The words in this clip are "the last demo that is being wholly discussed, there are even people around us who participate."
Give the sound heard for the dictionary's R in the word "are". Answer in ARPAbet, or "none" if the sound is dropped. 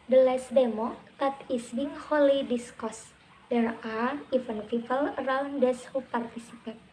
R